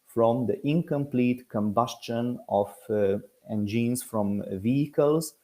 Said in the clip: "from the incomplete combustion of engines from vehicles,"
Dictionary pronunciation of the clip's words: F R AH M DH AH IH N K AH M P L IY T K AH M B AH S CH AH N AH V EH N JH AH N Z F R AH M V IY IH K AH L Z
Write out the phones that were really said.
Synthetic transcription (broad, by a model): F R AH M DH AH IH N K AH M P L IY T K AH M B AH S CH AH N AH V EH N JH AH N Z F R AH M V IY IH K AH L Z